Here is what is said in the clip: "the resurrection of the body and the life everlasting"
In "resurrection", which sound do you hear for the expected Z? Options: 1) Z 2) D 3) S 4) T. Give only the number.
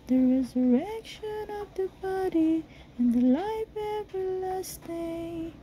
1